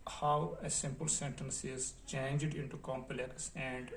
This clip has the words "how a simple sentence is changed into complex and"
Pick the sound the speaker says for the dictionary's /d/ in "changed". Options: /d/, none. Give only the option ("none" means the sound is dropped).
/d/